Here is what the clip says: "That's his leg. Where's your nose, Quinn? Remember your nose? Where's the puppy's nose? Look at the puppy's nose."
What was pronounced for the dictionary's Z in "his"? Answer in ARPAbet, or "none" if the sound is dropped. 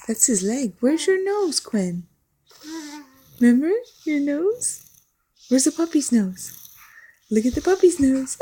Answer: Z